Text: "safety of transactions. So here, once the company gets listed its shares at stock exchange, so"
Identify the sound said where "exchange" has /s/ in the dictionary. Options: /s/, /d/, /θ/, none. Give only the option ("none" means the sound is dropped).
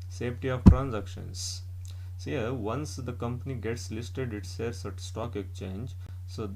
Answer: none